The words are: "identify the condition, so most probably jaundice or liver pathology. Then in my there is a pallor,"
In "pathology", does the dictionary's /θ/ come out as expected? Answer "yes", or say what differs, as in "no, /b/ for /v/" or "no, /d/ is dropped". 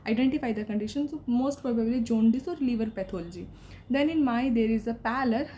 no, /t/ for /θ/